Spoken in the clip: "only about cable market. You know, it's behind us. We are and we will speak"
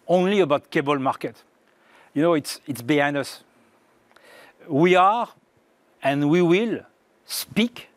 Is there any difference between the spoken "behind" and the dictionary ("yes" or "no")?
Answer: yes